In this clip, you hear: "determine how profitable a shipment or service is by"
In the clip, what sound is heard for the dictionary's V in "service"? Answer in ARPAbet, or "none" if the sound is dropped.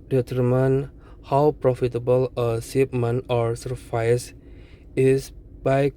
F